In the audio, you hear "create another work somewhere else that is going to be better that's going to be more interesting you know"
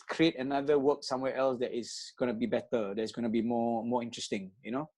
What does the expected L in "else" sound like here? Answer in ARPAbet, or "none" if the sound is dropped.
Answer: L